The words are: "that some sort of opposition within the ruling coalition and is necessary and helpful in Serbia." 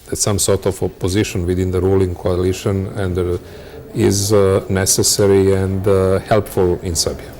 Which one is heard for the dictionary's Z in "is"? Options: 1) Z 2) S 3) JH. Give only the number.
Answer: 1